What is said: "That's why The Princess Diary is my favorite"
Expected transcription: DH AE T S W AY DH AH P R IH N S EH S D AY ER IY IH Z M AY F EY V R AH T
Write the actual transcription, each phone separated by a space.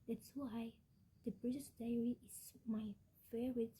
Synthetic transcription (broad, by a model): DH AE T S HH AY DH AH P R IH S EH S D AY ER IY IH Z M AY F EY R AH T